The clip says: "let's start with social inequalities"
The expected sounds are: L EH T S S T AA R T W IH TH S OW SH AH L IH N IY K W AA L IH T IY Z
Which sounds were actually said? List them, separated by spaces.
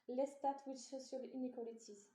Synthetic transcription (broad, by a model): L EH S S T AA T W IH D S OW S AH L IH N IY K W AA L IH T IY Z